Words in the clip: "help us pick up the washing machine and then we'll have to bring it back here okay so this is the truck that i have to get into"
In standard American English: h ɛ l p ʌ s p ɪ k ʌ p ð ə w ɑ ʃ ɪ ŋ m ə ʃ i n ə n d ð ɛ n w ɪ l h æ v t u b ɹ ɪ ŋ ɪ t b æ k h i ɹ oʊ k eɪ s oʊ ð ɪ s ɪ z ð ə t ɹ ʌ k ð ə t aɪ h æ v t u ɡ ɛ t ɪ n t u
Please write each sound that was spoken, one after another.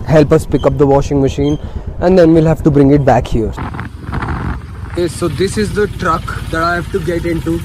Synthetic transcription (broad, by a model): h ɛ l p ʌ s p ɪ k ʌ p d ə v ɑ ʃ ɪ ŋ m ə ʃ i n ə n d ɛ n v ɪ l h æ v t u b ɹ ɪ ŋ ɪ t b æ k h i ɹ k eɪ s oʊ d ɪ s ɪ z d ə t ɹ ʌ k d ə t aɪ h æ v t u ɡ ɛ t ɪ n t u